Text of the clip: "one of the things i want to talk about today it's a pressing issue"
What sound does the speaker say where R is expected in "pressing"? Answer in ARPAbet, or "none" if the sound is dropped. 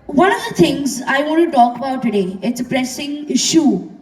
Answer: R